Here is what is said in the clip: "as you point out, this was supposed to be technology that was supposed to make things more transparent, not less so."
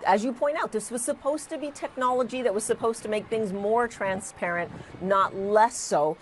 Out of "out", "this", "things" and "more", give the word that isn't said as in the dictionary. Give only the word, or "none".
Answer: none